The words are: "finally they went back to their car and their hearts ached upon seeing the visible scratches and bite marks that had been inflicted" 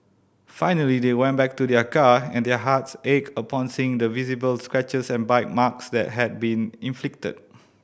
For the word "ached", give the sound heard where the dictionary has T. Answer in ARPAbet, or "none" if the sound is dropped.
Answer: none